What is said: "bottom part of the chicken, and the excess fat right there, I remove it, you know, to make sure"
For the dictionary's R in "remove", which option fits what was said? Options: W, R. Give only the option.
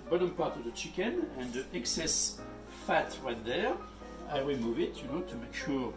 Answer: W